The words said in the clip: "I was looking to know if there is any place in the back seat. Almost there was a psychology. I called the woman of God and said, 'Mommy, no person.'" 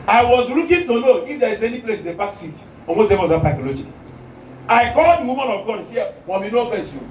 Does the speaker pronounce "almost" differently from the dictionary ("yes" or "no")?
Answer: yes